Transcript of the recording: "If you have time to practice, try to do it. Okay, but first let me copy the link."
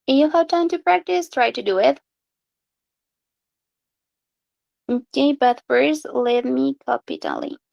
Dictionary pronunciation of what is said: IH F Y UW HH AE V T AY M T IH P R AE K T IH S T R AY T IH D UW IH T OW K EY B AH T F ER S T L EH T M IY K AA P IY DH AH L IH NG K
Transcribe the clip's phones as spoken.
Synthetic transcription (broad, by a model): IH Y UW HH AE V T AY M T IH P R AE K T IH S T R AY T IH D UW IH T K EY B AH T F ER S L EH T M IY K AA P IY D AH L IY